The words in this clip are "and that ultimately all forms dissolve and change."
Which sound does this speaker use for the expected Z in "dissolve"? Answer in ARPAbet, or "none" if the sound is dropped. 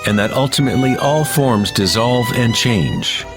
Z